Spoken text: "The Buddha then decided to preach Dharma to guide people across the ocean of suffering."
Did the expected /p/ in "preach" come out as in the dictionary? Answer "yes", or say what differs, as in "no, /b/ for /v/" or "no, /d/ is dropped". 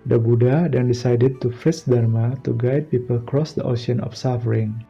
no, /f/ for /p/